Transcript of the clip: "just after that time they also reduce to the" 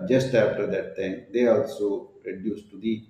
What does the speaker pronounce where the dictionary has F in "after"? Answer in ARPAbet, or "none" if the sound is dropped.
P